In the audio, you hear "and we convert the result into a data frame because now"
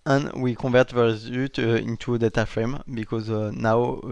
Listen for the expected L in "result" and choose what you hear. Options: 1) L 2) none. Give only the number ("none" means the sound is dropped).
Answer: 2